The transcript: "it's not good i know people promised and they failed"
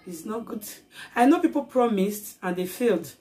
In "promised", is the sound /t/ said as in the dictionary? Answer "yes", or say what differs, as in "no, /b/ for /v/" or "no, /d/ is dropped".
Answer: yes